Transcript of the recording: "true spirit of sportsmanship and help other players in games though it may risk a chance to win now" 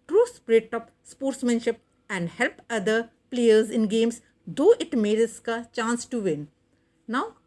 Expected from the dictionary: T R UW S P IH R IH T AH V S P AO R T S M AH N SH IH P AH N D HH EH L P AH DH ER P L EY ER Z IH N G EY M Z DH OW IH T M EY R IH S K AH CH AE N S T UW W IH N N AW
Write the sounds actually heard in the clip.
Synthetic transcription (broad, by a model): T R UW S P R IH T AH P S P AO R T S M AH N SH IH P AH N D HH EH L P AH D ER P L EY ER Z IH N G EY M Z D OW IH T M EY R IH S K AH CH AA N S T UW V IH N N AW